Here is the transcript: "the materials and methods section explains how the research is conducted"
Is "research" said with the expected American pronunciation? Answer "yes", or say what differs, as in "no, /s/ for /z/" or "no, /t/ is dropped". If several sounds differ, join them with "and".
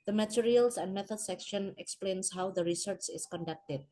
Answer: yes